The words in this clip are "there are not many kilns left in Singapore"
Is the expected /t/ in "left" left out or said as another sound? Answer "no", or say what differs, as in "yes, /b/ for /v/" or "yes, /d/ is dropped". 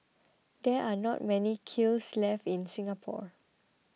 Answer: yes, /t/ is dropped